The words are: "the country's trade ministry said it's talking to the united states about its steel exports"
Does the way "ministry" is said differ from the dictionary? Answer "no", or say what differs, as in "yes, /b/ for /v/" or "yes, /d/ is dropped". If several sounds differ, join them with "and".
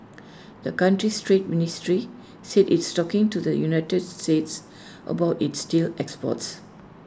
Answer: no